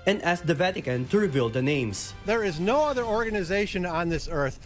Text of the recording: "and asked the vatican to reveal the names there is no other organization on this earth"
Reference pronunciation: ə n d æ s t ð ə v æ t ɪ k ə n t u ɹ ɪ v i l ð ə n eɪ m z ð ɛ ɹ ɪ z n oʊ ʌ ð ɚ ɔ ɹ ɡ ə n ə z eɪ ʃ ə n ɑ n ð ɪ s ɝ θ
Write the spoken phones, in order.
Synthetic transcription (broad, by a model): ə n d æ s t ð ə v æ t ɪ k ə n t u ɹ ɪ v i l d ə n eɪ m s ð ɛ ɹ ɪ z n oʊ ʌ ð ɚ ɔ ɹ ɡ ə n ə z eɪ ʃ ə n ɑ n ð ɪ s ɝ θ